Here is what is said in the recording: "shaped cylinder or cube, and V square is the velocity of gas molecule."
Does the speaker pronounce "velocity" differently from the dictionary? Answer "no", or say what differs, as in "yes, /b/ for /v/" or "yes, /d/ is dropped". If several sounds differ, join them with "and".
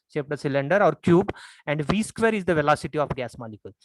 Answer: no